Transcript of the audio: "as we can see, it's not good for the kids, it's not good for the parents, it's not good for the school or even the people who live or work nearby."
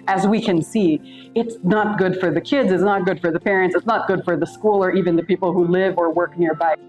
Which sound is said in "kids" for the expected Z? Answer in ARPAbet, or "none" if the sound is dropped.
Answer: Z